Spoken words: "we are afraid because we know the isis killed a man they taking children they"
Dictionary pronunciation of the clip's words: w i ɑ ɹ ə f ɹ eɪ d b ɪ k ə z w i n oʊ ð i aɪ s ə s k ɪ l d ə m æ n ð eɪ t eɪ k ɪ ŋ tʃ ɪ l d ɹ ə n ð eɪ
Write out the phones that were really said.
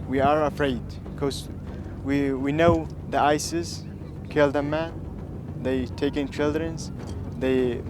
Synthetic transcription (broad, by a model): w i ɑ ɹ ə f ɹ eɪ d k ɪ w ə w i n oʊ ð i aɪ s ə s k ɪ l d ə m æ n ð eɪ t eɪ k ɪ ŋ tʃ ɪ l d ɹ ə n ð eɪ